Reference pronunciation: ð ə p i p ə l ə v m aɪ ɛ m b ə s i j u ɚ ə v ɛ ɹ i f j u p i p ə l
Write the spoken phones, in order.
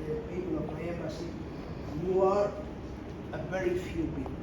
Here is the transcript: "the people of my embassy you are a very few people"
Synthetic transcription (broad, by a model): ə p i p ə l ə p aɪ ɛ b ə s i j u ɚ ə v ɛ ɹ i f j u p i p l